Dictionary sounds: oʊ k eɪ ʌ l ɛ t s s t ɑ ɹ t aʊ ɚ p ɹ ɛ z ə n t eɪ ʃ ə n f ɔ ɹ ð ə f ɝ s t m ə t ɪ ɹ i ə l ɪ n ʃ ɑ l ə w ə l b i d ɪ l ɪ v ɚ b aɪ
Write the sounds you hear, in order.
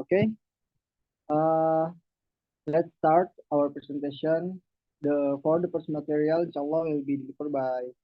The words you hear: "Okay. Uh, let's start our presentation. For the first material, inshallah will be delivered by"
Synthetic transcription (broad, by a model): k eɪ ʌ l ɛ t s s t ɑ ɹ t aʊ ɚ p ɹ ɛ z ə n t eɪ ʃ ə n f ɔ ɹ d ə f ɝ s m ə t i ɹ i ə l ɪ n ʃ ɑ l ə w ə l b i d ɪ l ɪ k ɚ b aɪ